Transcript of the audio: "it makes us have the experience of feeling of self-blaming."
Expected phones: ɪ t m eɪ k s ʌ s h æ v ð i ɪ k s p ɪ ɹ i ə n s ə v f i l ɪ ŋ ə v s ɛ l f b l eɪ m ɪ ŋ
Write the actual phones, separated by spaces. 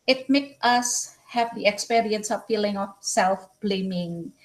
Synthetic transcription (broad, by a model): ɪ t m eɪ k ʌ s h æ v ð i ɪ k s p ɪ ɹ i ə n s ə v f i l ɪ ŋ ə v s ɛ l f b l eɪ m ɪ ŋ